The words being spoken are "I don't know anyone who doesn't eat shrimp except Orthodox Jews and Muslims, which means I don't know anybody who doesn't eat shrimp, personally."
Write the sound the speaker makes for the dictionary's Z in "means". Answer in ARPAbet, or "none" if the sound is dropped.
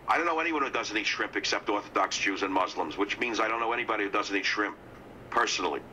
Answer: Z